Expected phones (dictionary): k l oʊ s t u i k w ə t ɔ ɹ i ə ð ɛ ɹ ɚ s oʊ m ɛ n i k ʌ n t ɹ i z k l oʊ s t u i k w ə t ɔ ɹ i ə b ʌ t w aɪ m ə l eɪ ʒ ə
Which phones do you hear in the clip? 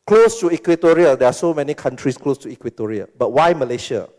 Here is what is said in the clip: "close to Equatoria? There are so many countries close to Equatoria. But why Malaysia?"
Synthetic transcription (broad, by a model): k l oʊ s t u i k w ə t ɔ ɹ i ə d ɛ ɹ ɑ s oʊ m ɛ n i k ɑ n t ɹ i s k l oʊ s t u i k w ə t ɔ ɹ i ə b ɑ t w aɪ m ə l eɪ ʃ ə